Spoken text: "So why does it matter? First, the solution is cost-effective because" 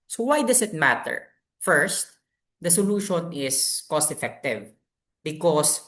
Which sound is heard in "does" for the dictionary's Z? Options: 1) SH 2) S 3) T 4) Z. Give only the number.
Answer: 2